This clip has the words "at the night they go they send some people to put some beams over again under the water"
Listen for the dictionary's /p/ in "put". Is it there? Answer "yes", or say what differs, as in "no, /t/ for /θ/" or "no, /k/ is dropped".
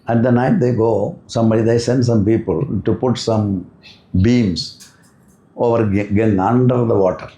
yes